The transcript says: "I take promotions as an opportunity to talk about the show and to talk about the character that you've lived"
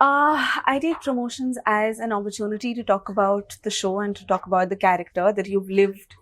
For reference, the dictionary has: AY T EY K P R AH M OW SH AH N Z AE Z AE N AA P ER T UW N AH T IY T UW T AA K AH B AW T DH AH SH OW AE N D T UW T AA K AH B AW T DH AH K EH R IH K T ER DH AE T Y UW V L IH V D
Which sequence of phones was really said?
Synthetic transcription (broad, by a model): AY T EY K P R AH M OW SH AH N Z AE Z AE N AA P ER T UW N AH T IY T UW T AA K AH B AW T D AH SH OW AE N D T UW T AA K AH B AW T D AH K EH R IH K T ER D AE T Y UW V L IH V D